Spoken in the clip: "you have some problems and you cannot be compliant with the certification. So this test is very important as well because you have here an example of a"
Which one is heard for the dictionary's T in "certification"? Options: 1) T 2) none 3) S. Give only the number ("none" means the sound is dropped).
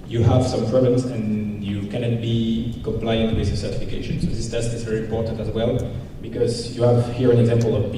1